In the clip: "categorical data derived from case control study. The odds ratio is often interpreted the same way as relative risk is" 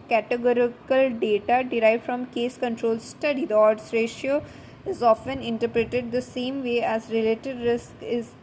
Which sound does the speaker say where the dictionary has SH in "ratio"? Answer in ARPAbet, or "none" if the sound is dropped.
SH